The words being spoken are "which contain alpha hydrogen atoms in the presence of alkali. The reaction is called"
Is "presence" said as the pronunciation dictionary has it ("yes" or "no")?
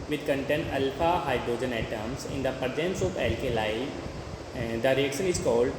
no